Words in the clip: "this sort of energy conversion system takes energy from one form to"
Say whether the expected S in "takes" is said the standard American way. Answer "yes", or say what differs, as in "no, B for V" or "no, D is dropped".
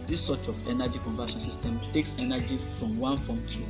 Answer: yes